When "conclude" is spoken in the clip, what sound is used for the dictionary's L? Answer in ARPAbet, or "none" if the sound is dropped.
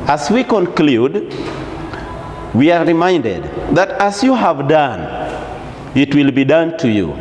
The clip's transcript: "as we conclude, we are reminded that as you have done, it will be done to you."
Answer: L